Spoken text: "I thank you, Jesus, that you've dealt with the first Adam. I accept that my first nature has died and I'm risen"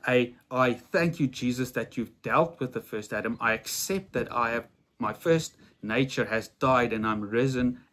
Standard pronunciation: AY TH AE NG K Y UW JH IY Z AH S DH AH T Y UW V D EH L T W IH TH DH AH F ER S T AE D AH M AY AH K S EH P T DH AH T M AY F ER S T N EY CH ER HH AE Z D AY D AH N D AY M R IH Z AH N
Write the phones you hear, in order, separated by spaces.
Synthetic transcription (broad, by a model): AY TH AE NG K Y UW JH IY Z AH S DH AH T Y UW V D EH L T W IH DH AH F ER S T AE D AH M AY AH K S EH P T DH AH T M AY F ER S T N EY CH ER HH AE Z D AY D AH N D AY M R IH Z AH N